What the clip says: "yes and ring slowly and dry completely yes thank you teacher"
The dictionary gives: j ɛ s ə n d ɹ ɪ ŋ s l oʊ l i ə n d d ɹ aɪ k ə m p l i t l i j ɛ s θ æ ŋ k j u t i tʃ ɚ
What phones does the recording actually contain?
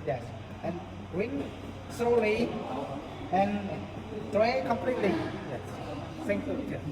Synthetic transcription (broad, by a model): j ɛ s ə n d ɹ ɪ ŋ s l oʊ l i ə n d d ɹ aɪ k ə m p l i t l i j ɛ s s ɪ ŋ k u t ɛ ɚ